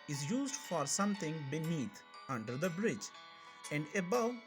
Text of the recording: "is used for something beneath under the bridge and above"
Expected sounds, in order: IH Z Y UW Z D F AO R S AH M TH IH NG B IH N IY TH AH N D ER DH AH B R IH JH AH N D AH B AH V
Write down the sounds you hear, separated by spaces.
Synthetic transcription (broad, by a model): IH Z Y UW Z D F AO R S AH M T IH NG B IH N IY T AH N D ER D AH B R IH JH AH N D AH B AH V